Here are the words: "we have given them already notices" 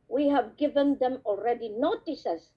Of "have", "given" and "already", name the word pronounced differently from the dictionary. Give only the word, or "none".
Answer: none